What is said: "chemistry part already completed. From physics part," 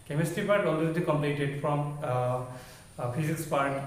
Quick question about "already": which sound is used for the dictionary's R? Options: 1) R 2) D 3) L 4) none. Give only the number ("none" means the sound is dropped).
3